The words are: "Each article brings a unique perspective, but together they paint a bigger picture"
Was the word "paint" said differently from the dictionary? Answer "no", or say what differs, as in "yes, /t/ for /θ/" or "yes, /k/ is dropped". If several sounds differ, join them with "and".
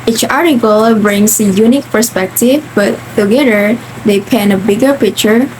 yes, /t/ is dropped